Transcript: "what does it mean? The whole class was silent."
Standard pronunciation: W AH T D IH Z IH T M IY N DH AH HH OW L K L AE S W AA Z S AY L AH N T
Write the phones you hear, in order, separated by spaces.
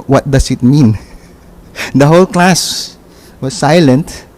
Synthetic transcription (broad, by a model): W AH T D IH S IH T M IY N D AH HH OW L K L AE S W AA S AY L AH N T